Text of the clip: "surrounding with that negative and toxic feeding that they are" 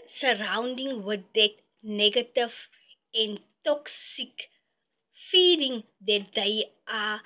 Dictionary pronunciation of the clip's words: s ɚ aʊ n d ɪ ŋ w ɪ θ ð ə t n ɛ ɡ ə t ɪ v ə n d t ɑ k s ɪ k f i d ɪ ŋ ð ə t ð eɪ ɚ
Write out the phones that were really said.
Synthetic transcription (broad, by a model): s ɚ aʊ n d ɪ ŋ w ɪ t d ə t n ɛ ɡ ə t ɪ f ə n t ɑ k s ɪ k f i d ɪ ŋ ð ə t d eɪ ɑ